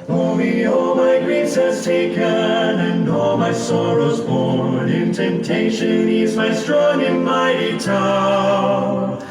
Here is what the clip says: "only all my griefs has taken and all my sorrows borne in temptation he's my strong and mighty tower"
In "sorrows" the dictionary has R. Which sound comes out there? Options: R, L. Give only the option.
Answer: R